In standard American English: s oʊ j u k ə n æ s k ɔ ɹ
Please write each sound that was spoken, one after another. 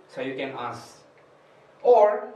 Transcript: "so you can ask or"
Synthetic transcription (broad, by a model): s oʊ j u k ə n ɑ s ɔ ɹ